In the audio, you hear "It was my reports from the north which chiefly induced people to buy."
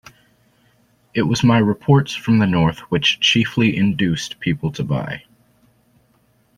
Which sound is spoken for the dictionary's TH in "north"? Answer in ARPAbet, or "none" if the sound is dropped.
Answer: TH